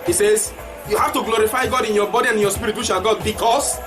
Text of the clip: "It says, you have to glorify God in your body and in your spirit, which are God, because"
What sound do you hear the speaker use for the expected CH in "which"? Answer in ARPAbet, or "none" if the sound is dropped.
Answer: SH